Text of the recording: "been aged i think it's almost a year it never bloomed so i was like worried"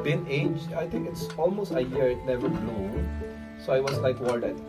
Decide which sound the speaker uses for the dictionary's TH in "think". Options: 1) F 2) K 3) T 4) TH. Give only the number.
3